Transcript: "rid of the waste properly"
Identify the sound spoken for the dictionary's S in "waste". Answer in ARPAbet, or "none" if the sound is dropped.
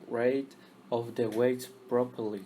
none